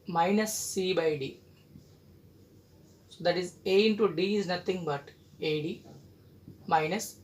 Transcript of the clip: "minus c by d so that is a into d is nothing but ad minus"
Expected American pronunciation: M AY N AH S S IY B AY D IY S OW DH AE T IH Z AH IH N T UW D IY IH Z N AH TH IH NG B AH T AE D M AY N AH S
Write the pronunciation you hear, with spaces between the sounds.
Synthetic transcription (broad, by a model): M AY N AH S S IY B AY D IY S OW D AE T IH Z AH IH N T UW D IY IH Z N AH T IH NG B AH T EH D M AY N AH S